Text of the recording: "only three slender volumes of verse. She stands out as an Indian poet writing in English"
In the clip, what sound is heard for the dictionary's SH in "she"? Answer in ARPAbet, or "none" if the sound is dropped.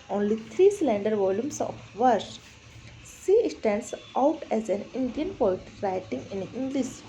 S